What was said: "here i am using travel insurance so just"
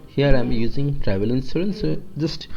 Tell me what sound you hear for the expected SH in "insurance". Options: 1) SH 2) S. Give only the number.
2